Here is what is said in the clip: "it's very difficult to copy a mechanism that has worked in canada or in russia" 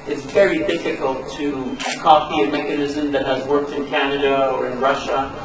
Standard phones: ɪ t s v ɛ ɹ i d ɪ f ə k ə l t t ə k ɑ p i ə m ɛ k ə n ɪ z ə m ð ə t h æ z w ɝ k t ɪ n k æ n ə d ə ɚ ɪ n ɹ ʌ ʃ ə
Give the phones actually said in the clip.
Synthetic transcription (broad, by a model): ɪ t s v ɛ ɹ i d ɪ f ə k ə l t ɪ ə k ɑ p i ə m ɛ k ə n ɪ z ə m ð ə t h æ z w ɝ k t ɪ n k æ n ə d ə ɚ ɪ n ɹ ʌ ʃ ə